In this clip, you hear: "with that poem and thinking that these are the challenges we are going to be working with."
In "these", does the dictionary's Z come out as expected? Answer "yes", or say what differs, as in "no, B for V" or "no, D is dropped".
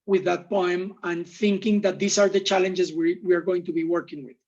no, S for Z